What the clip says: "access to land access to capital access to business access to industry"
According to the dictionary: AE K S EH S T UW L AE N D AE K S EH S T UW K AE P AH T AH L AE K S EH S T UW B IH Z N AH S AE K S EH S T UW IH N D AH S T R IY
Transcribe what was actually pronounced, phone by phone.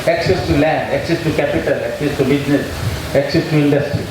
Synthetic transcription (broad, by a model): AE K S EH S T UW L AE N D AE K S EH S T UW K AE P AH T AH L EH K S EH S T UW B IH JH N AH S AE K S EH S T UW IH N D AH S T R IY